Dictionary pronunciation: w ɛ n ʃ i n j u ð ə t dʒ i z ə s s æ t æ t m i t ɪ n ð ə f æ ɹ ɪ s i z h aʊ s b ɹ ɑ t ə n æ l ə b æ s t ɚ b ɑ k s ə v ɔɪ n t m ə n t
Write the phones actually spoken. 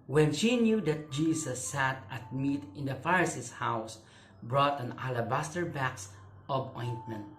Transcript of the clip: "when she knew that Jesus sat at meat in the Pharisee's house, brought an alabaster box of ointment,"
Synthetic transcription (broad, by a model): w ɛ n ʃ i n j u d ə t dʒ i s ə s s æ t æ t m i t ɪ n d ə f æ ɹ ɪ s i s h aʊ s b ɹ ɑ t ə n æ l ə b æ s t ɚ b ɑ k s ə b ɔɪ n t m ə n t